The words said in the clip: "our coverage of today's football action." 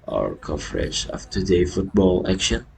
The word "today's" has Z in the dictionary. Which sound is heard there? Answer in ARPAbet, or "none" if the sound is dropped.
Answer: none